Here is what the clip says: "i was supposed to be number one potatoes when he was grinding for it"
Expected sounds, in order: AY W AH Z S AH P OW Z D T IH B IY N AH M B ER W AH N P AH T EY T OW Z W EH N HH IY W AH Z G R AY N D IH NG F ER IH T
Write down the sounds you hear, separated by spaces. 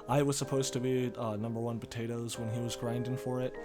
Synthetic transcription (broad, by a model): AY W AH Z S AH P OW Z T IH B IY N AH M B ER W AH N P AH T EY T OW Z W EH N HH IY W AH Z G R AY N D IH NG F ER IH T